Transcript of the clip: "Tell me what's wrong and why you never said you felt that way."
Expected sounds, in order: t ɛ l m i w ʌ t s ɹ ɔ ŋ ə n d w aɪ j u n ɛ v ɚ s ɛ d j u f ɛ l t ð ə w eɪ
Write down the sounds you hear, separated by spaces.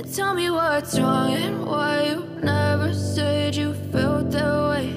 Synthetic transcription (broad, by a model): t ɛ l m i w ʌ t ɹ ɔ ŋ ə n w aɪ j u n ɛ v ɚ s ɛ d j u f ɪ l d ð ə w eɪ